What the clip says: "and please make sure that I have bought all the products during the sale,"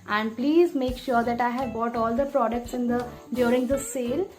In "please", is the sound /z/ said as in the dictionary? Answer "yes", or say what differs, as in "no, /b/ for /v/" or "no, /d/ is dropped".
yes